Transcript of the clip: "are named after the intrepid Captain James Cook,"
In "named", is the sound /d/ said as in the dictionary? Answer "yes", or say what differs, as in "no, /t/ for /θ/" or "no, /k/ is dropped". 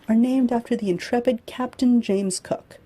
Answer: yes